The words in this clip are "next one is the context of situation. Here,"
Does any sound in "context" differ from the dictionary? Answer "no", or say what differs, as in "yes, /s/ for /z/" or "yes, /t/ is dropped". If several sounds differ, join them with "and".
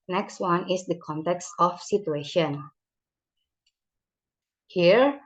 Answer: no